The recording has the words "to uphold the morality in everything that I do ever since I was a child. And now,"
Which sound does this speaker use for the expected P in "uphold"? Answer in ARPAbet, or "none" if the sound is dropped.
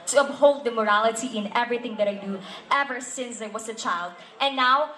B